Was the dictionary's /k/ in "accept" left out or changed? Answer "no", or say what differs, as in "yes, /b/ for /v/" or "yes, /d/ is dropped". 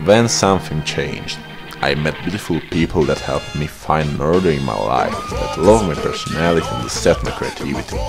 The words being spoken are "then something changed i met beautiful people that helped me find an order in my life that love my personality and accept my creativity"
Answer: yes, /k/ is dropped